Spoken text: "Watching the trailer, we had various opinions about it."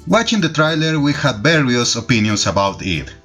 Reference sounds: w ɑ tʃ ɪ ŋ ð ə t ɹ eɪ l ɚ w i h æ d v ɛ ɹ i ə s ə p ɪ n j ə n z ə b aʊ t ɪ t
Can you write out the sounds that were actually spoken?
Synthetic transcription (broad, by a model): w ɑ tʃ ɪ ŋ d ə t ɹ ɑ l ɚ w i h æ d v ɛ ɹ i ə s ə p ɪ n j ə n s ə b aʊ t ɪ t